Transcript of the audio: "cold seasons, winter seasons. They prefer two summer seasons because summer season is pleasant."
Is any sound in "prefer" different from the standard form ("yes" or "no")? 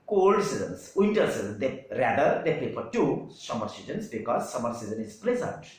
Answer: yes